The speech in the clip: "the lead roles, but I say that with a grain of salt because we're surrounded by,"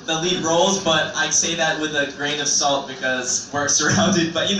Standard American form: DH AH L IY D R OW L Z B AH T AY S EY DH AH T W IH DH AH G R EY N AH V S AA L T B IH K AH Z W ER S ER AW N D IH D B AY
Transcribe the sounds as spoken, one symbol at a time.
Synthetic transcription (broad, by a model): DH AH L IY D R OW L Z B AH T AY S EY DH AH T W IH DH AH G R EY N AH V S AA L T B IH K AH Z W ER S ER AW N D IH D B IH